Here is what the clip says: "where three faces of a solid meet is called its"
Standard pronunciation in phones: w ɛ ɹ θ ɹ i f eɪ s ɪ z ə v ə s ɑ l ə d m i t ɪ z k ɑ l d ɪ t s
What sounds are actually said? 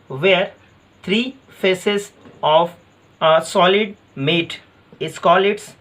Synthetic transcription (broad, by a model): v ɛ ɹ t ɹ i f eɪ s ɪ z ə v s ɑ l ə d m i t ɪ s k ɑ l ɪ t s